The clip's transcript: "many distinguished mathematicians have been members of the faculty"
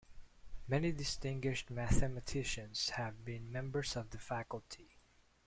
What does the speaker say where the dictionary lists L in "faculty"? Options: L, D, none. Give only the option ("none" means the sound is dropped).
L